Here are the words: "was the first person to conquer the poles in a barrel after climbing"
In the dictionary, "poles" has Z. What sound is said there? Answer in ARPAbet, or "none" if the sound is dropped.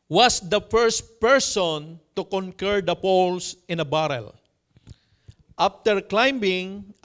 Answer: S